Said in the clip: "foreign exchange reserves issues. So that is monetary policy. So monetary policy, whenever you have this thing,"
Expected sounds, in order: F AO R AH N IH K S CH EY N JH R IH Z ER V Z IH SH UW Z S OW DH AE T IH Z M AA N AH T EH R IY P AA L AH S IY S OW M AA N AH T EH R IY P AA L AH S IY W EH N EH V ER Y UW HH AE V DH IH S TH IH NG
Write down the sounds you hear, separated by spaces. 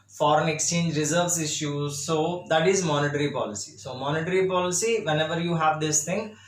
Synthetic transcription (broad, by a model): F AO R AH N IH K S CH EY N JH R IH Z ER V S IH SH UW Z S OW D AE T IH Z M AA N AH T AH R IY P AA L AH S IY S OW M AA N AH T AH R IY P AA L AH S IY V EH N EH V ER Y UW HH AE V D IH S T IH NG